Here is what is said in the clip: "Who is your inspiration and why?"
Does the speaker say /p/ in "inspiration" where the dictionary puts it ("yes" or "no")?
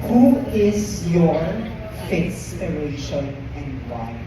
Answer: no